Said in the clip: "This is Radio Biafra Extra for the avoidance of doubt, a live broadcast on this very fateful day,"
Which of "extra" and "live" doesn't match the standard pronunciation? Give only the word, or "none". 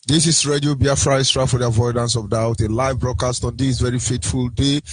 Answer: extra